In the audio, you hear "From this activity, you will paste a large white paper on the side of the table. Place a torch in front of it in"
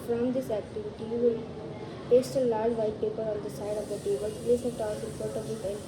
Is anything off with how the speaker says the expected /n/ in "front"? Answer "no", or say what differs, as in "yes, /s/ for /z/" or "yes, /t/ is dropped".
yes, /n/ is dropped